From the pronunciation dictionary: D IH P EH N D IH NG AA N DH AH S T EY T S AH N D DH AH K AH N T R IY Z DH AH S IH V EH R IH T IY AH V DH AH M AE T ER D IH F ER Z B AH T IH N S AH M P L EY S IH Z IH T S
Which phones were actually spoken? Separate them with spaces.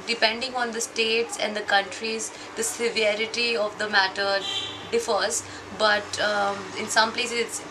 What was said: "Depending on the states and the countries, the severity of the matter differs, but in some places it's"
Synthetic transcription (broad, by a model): D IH P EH N D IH NG AA N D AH S T EY T S AH N D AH K AH N T R IY Z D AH S IH V EH R IH T IY AH V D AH M AE T ER D IH F ER Z B AH T IH N S AH M P L EY S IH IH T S